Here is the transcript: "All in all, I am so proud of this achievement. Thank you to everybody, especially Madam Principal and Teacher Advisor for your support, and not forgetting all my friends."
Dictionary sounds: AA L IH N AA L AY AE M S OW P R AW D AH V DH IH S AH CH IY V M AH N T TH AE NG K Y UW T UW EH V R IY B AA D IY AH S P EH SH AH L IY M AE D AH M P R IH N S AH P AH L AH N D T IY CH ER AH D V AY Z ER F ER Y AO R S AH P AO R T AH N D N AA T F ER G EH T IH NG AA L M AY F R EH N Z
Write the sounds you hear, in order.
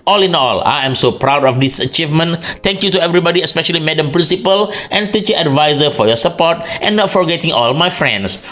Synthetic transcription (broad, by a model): AA L IH N AA L AY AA M S OW P R AW D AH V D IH S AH CH IY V M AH N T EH NG K Y UW T UW EH V R IY B AA D IY AH S P EH SH AH L IY M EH D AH M P R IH N S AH P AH L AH N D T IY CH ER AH D V AY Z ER F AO Y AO S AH P AO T T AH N N AA T F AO G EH T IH NG AA L M AY F R EH N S